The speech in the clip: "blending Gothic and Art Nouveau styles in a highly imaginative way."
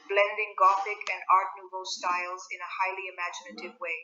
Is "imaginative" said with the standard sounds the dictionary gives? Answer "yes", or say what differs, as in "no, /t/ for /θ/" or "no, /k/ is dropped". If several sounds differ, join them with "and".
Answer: yes